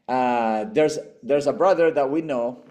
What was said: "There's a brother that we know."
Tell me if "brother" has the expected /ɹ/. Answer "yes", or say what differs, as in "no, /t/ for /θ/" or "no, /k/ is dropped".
yes